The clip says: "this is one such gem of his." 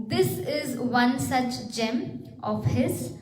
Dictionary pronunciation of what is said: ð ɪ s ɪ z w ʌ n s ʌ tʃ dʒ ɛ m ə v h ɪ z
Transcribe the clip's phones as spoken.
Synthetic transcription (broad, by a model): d ɪ s ɪ z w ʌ n s ʌ tʃ dʒ ɛ m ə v h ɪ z